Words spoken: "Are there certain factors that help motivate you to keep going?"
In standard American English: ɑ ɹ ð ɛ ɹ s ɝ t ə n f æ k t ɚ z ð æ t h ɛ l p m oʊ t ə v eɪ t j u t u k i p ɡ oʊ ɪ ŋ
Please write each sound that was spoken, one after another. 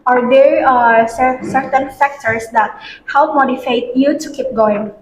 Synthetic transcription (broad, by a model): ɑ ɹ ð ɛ ɹ s ɝ t ə n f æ k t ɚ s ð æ t h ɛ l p m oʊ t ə f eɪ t j u t u k i p ɡ oʊ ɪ ŋ